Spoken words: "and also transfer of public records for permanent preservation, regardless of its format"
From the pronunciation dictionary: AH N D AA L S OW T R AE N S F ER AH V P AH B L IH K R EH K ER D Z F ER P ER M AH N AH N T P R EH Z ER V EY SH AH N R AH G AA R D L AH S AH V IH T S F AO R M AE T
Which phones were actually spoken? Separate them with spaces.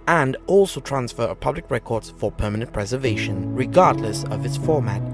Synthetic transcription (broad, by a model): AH N D AA L S OW T R AE N S F ER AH P AH B L IH K R EH K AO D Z F ER P ER M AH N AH N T P R EH Z ER V EY SH AH N R AH G AA R D L AH S AH V IH T S F AO R M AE T